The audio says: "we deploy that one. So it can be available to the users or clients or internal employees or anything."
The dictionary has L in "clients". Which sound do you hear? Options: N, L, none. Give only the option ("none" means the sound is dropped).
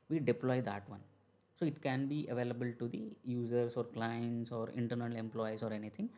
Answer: L